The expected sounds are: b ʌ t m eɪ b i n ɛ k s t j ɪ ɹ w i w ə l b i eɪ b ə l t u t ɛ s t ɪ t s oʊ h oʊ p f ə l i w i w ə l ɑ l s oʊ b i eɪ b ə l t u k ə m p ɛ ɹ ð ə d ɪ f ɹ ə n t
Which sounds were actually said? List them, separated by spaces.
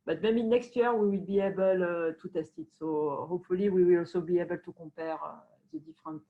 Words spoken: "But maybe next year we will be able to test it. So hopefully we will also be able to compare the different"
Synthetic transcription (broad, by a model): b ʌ t m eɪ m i n ɛ k s t j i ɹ w i w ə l b i eɪ b ə l t u t ɛ s t ɪ t s oʊ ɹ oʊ f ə l i w i w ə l ɑ l s oʊ b i eɪ b ə l t u k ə p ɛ ɹ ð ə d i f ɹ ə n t